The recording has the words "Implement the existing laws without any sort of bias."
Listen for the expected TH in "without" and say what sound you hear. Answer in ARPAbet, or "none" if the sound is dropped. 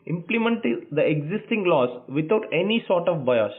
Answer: T